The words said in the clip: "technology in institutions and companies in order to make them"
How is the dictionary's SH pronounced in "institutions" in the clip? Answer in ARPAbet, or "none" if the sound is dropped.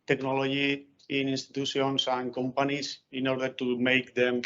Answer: S